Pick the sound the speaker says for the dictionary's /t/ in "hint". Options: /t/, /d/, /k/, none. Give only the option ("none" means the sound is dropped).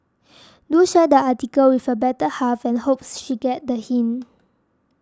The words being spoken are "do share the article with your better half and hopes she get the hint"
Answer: none